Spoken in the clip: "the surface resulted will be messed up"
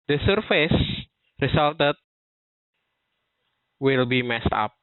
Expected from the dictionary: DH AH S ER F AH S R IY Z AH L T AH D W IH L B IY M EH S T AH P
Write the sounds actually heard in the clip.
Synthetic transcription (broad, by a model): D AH S ER F AH S R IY S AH L T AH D W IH L B IY M EH S T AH P